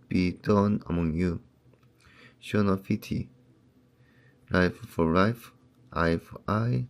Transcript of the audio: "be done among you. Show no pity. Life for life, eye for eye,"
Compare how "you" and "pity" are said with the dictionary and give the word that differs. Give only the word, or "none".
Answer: pity